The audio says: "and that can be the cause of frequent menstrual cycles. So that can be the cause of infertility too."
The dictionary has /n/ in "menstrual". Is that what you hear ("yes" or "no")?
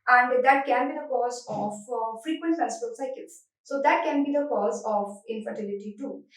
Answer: no